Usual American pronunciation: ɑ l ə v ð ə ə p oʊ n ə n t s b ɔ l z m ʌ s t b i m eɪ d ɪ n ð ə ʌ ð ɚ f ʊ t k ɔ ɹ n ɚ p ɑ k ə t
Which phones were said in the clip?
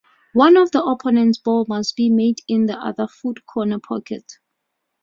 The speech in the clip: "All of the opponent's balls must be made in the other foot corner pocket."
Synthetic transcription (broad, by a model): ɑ n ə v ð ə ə p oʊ n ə n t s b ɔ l m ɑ s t b i m eɪ d ɪ n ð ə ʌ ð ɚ f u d k ɔ n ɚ p ɑ k ə t